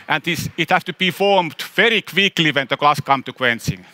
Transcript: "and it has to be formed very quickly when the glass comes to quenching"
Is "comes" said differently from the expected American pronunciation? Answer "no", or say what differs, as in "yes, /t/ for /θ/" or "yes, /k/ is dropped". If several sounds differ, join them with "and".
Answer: yes, /z/ is dropped